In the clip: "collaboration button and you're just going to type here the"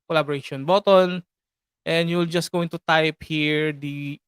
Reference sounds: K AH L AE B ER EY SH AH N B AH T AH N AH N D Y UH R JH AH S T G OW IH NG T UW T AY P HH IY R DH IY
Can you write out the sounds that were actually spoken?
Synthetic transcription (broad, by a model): K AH L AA B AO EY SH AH N B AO T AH N AH N D Y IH L JH AH S T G OW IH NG T UW T AY P HH IY R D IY